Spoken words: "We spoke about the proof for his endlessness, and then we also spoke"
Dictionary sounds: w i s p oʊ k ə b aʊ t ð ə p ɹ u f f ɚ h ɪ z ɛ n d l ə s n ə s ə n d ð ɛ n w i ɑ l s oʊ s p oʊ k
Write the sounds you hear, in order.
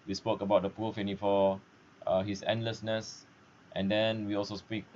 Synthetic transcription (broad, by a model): w i s p oʊ k ə b aʊ t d ə p u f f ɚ h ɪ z ɛ n d l ə s n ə s ə n d ɛ n w i ɑ l s oʊ s p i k